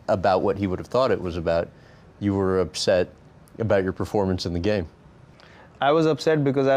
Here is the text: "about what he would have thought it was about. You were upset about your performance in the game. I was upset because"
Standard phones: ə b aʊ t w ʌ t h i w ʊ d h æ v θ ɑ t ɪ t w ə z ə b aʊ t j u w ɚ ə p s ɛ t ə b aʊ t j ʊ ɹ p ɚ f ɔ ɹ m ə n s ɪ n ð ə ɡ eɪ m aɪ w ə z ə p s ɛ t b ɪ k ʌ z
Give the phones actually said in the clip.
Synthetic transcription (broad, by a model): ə b aʊ t w ʌ t h i w ʊ d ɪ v θ ɑ t ɪ t w ə z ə b aʊ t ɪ w ɚ ə p s ɛ t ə b aʊ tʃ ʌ ɹ p ɚ f ɔ ɹ m ə n s ɪ n ð ə ɡ eɪ m aɪ w ə z ə p s ɛ t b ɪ k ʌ z